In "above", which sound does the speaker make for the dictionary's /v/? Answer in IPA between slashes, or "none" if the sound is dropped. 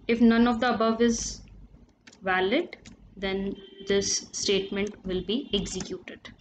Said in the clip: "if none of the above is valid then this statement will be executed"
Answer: /v/